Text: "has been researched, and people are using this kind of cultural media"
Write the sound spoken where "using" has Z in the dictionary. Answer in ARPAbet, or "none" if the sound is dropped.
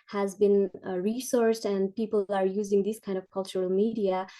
Z